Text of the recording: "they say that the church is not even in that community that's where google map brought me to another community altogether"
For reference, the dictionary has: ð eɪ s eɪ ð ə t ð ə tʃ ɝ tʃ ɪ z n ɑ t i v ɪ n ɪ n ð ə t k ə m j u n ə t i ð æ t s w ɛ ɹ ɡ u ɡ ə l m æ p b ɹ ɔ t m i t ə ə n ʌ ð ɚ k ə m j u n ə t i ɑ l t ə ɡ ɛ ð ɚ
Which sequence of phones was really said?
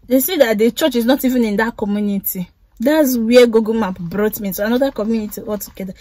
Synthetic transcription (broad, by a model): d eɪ s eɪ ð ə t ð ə tʃ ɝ tʃ ɪ z n ɑ t i v ɪ n ɪ n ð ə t k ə m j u n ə t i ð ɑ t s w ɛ ɡ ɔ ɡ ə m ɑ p b ɹ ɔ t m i s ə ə n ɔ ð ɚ k ə m j u n ə t i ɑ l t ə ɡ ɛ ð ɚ